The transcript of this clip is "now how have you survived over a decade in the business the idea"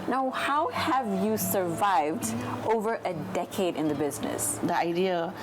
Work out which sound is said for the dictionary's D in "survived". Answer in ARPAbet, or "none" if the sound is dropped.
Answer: D